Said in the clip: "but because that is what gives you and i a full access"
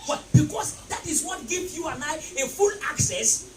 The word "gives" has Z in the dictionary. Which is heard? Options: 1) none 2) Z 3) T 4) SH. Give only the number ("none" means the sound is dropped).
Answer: 1